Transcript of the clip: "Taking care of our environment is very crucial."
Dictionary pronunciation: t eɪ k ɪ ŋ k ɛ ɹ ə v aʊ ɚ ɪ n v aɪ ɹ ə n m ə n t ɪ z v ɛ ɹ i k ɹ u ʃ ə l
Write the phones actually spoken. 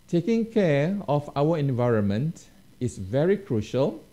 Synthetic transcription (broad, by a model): t eɪ k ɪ ŋ k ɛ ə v aʊ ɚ ɪ n v aɪ ɹ ə n m ə n t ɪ s v ɛ ɹ i k ɹ u ʃ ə l